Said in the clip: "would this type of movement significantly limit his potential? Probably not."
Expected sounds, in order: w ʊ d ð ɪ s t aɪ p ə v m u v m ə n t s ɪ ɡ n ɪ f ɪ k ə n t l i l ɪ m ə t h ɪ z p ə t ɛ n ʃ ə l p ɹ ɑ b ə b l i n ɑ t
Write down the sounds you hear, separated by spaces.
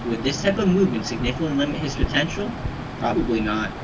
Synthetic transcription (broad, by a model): w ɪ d ð ɪ s t aɪ p ə v m u v m ə n t s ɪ ɡ n ɪ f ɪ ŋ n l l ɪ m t h ɪ z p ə t ɛ n ʃ l p ɹ ɑ b ə b l i n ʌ t